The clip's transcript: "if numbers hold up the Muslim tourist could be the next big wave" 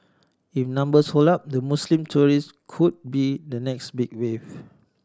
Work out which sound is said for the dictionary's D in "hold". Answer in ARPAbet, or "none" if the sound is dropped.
none